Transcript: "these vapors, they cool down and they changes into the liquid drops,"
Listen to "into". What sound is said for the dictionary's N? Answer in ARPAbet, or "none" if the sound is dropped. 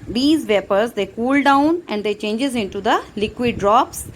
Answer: N